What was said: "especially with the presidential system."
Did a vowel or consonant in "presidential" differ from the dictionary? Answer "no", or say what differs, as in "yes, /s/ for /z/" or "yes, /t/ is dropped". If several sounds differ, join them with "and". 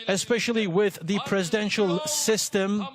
no